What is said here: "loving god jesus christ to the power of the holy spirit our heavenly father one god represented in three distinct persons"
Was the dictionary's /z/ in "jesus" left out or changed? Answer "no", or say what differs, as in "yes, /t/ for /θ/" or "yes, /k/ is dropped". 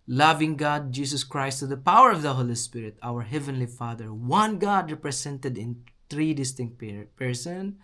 yes, /s/ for /z/